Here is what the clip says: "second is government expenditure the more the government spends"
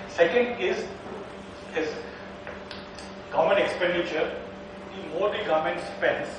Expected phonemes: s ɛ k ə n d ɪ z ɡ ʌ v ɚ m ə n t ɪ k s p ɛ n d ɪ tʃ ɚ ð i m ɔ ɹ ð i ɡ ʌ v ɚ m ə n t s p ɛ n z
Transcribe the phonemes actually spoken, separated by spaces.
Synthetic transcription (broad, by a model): s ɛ k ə n d ɪ z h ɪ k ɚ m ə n ɪ k s p ɛ n d ɪ tʃ ɚ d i m ɔ ɹ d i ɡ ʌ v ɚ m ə n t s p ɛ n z